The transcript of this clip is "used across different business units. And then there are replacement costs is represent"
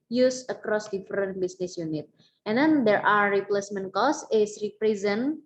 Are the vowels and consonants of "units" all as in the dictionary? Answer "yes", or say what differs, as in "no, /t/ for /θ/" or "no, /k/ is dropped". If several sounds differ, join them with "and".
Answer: no, /s/ is dropped